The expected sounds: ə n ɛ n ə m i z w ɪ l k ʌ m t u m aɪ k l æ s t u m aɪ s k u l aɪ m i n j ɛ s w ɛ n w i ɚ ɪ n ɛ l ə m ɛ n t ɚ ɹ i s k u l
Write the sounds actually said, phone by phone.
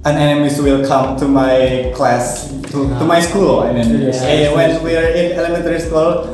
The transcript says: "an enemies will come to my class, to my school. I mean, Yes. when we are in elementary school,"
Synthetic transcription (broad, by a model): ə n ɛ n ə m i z w ɪ l k ʌ m t u m aɪ k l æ s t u m aɪ s k u l aɪ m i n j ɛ w ɛ n w i ɚ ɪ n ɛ l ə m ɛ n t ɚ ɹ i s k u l